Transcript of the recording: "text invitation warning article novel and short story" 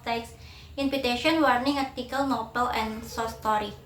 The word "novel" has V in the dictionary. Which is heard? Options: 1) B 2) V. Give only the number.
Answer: 1